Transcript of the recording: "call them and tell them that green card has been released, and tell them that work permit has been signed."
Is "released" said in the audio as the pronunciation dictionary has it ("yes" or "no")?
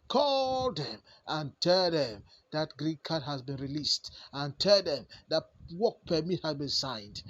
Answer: yes